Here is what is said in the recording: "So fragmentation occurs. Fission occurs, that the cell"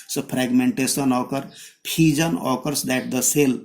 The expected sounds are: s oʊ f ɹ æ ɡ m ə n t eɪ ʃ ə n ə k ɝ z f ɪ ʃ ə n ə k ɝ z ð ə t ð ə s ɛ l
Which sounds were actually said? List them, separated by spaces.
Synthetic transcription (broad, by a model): s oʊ p ɹ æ ɡ m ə n t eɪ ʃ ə n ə k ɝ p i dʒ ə n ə k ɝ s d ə t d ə s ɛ l